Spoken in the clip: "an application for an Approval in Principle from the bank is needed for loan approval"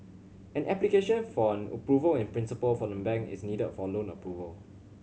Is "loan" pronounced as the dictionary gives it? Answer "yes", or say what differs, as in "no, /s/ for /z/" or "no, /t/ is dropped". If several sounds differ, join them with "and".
yes